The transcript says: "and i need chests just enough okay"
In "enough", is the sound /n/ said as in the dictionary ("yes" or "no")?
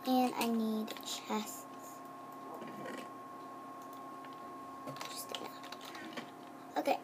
no